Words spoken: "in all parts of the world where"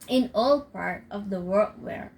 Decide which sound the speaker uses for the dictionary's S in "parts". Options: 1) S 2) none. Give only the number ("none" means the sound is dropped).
2